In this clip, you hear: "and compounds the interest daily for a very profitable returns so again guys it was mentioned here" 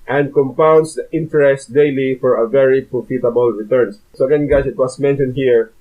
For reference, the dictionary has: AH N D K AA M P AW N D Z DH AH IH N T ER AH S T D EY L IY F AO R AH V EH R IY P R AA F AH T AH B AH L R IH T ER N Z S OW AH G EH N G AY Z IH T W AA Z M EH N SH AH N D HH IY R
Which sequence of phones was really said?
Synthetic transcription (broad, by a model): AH N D K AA M P AW N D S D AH IH N T ER AH S T D EY L IY F AO R AH V EH R IY P R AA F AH T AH B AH L R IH T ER N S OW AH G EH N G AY S IH T W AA S M EH N SH AH N D HH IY R